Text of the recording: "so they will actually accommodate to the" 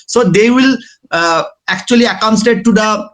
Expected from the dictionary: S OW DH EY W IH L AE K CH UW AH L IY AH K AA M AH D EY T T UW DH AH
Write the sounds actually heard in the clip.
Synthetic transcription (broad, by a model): S OW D EY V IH L AE K CH UW AH L IY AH K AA AH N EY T T UW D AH